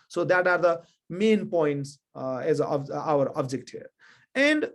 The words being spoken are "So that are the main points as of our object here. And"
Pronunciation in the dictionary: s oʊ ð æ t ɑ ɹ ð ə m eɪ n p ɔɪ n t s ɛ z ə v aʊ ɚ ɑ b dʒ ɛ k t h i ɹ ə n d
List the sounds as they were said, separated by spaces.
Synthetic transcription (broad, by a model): s oʊ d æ t ɑ ɹ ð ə m eɪ n p ɔɪ n t s ɛ z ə b aʊ ɚ ɑ b dʒ ɛ k t h i ɹ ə n d